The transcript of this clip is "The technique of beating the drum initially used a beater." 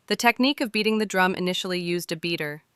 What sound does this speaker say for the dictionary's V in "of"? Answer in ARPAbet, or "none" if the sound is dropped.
V